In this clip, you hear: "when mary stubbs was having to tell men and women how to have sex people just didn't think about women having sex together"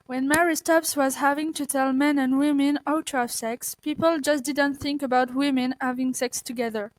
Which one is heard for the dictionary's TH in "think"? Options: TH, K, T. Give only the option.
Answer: TH